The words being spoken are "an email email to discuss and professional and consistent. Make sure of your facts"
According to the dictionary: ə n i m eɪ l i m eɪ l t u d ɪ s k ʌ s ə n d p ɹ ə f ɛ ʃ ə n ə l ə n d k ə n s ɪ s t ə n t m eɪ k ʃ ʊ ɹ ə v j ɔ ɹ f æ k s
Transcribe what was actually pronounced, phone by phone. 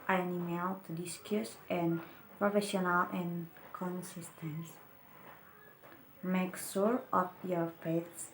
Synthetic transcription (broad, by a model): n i eɪ n i m eɪ l t u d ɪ s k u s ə n p ɹ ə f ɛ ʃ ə n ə l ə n k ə n s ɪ s t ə n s m eɪ k s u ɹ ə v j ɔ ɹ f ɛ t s